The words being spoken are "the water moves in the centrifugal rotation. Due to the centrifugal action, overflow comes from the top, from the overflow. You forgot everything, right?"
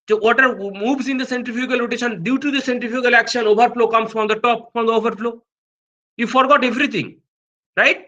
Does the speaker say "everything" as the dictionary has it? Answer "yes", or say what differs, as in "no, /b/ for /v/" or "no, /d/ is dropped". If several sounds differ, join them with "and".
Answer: no, /t/ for /θ/